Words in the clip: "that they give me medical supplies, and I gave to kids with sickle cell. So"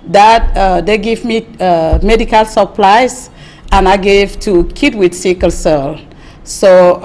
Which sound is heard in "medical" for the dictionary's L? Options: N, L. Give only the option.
L